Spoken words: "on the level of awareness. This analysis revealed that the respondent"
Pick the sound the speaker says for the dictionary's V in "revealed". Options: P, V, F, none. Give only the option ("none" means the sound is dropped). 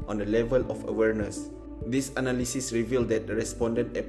V